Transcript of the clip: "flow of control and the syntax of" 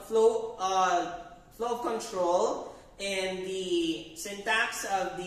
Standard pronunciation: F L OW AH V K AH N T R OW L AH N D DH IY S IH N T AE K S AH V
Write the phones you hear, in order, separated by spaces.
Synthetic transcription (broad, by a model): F L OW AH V K AH N T R OW L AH N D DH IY S IH N T AE K S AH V